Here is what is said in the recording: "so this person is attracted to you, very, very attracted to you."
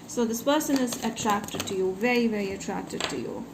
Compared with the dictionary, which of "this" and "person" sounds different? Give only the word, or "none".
none